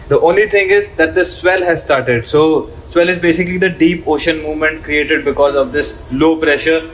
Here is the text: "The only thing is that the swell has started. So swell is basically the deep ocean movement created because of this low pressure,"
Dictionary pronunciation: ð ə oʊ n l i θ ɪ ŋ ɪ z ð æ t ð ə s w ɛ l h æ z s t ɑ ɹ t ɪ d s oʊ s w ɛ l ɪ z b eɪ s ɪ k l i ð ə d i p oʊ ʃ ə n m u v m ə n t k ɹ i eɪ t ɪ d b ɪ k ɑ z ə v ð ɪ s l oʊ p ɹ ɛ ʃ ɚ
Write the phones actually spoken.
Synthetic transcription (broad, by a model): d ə oʊ n l i t ɪ ŋ ɪ z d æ t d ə s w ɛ l h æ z s t ɑ ɹ t ɪ d s oʊ s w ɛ l ɪ z b eɪ s ɪ k l i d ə d i p oʊ ʃ ə n m u v m ə n t k ɹ i eɪ t ɪ d b ɪ k ɑ z ə v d ɪ s l oʊ p ɹ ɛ ʃ ɚ